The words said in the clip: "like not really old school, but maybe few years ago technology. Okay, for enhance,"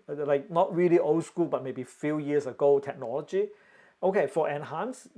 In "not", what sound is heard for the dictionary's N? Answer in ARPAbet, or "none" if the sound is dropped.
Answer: N